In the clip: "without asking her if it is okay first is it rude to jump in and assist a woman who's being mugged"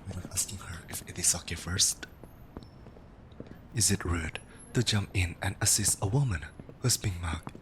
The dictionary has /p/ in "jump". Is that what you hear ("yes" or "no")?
yes